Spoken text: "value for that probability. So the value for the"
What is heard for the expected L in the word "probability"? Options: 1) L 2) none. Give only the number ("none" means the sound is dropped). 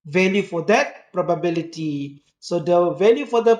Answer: 1